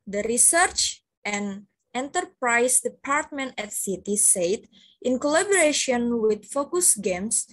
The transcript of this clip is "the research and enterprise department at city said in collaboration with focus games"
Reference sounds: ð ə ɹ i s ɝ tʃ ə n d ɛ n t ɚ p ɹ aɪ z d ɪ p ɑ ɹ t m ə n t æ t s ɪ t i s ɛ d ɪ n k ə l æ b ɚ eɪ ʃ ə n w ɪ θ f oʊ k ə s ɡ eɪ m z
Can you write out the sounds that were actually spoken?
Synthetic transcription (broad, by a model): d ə ɹ i s ɝ tʃ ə n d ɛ n t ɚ p ɹ aɪ s d ɪ p ɑ ɹ t m ə n t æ t s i t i s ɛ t ɪ n k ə l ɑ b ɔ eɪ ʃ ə n w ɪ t f oʊ k ə s ɡ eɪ m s